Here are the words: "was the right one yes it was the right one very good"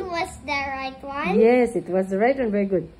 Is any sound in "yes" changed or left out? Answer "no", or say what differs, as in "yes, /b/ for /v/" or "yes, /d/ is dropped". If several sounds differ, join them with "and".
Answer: no